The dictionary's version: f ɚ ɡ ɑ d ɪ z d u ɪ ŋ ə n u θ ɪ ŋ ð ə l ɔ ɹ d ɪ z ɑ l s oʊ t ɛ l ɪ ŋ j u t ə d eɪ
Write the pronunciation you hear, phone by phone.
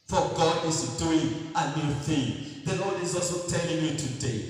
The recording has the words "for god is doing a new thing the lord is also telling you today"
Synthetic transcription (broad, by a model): f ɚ ɡ ɑ d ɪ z d u ɪ ŋ ə n u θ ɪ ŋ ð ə n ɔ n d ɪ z ɑ l s oʊ t ɛ l ɪ ŋ j u t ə d eɪ